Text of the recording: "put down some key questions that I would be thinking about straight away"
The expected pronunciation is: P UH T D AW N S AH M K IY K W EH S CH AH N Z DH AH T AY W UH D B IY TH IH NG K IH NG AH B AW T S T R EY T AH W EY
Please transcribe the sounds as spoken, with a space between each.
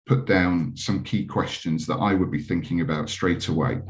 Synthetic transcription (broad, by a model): P UH T D AW N S AH M K IY K W EH S CH AH N Z DH AH T AY W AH D B IY TH IH NG K IH NG AH B AW T S T R EY T AH W EY